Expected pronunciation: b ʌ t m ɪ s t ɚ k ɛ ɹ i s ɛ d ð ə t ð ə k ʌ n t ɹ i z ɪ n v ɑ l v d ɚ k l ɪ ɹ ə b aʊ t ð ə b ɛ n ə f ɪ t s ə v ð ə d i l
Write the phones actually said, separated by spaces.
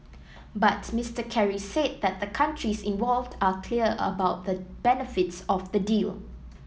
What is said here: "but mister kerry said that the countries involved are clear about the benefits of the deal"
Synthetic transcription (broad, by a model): b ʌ t m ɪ s t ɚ k ɛ ɹ i s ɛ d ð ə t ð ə k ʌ n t ɹ i s ɪ n v ɑ l v d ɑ k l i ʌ ə b aʊ t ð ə b ɛ n ə f ɪ t s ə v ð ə d i l